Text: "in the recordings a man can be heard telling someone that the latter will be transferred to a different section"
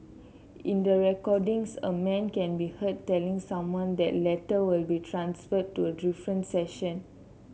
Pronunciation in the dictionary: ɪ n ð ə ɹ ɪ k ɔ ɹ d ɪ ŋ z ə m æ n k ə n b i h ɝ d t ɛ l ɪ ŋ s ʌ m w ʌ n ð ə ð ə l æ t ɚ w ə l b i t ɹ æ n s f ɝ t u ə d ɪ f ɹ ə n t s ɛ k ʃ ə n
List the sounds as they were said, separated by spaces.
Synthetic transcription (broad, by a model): ɪ n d ə ɹ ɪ k ɔ d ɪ ŋ s ə m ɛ n k ə n b i h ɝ t ɛ l ɪ ŋ s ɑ m w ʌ n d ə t l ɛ t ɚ w ə l b i t ɹ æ n s f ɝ t u ə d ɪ f ɹ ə n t s ɛ ʃ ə n